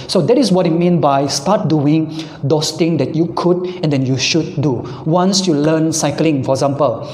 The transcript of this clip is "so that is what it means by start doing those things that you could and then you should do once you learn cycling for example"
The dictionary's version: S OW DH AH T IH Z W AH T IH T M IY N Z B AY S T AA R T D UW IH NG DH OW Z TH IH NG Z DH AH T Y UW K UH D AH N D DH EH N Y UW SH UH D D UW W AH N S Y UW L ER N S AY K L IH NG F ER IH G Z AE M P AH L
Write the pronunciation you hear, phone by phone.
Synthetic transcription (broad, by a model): S OW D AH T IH S W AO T IH T M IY N B AY S T AA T D UW IH NG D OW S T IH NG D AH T Y UW K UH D AH N D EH N Y UW SH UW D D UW W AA N S Y UW L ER N S AY K L IH NG F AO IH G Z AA M P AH L